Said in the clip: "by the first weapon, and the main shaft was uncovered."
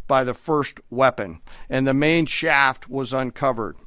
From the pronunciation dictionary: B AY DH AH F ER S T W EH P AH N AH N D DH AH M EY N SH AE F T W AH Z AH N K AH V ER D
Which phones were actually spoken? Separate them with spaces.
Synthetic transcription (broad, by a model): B AY DH AH F ER S T W EH P AH N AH N DH AH M EY N SH AE F T W AH Z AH N K AH V ER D